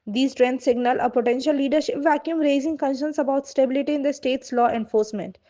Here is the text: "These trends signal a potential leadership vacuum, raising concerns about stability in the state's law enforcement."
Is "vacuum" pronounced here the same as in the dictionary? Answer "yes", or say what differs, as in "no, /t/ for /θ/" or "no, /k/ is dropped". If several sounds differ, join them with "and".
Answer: yes